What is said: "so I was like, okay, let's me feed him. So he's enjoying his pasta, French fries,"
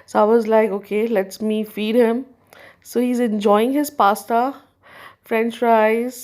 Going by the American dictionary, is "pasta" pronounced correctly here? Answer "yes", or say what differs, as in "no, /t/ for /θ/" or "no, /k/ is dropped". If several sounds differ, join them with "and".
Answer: yes